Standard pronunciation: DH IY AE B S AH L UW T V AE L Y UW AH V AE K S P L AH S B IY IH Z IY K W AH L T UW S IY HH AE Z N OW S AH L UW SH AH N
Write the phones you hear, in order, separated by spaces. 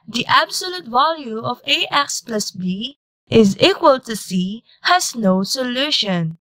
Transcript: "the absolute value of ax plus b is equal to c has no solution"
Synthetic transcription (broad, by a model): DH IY AE B S AH L UW T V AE L Y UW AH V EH K S P L AH S B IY IH Z IY K W AH L T UW S IY HH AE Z N OW S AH L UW SH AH N